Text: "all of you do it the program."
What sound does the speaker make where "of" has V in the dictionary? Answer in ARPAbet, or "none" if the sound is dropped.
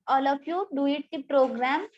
P